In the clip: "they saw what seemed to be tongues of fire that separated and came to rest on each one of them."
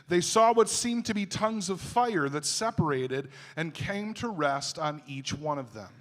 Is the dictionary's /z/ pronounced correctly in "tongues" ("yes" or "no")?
yes